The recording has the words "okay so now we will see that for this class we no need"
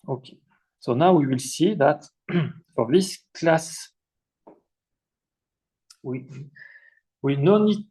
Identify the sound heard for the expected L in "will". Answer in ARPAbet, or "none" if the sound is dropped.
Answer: L